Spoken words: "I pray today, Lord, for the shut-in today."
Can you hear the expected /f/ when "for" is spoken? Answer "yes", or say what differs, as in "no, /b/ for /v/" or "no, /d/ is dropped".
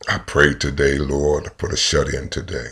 no, /p/ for /f/